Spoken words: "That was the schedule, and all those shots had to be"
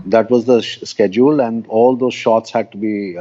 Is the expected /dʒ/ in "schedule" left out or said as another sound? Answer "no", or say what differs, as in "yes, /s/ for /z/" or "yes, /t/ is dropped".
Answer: no